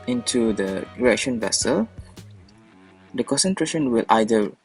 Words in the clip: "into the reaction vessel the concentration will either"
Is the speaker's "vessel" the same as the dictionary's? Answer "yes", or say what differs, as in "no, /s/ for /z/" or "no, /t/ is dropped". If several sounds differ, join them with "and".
yes